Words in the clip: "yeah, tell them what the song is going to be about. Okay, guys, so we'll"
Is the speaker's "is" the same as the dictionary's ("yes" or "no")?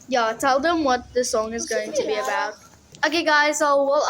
yes